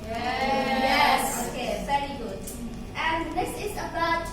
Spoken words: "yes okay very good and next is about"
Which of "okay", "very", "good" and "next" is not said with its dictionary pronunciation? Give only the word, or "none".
next